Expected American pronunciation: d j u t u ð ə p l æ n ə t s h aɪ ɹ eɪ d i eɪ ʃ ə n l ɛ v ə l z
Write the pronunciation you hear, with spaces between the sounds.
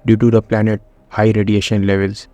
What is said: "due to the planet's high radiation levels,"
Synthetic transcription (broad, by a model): d j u t u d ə p l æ n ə t h aɪ ɹ eɪ d i eɪ ʃ ə n l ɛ v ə l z